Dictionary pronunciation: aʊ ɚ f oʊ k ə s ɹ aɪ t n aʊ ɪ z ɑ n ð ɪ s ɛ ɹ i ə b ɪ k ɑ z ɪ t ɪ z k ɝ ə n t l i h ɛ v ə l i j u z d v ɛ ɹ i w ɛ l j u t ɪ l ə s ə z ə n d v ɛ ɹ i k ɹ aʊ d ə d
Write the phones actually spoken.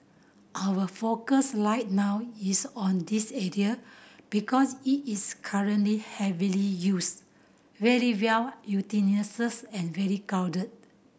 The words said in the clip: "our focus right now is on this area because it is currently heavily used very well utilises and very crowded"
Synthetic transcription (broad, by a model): aʊ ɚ f oʊ k ə s l aɪ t n aʊ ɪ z ɑ n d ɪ s ɛ ɹ i ə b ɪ k ɑ s ɪ t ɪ s k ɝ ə n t l i h ɛ v ə l i j u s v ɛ ɹ i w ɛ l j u t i n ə s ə s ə n v ɛ ɹ i k aʊ d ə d